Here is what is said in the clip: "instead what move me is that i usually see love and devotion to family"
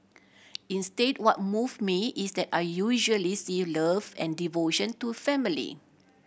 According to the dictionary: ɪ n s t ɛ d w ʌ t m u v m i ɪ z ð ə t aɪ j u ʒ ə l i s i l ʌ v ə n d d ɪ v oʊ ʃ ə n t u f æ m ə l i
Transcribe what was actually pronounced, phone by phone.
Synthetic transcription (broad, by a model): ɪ n s t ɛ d w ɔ t m u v m i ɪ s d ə t aɪ j u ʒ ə l i s i l ʌ v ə n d d ɪ v oʊ ʃ ə n t u f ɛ m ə l i